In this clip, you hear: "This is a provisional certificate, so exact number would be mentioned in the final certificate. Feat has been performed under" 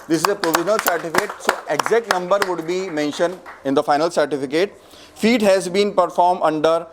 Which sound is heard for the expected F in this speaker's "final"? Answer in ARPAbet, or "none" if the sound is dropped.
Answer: F